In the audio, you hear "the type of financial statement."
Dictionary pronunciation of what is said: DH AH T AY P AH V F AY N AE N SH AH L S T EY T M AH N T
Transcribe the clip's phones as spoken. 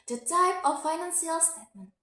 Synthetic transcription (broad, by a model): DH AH T AY P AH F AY N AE N S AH L S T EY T M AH N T